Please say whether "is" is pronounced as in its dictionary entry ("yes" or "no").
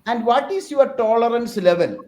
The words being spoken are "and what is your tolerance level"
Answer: no